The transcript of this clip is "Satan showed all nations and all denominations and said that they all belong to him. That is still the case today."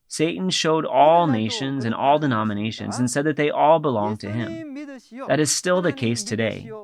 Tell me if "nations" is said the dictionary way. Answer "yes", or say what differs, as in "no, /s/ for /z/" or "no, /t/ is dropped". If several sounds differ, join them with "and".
yes